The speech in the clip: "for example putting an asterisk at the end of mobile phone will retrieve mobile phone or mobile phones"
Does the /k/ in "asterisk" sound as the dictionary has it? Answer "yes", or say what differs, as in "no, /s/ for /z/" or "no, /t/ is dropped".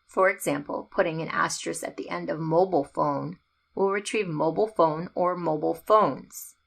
no, /k/ is dropped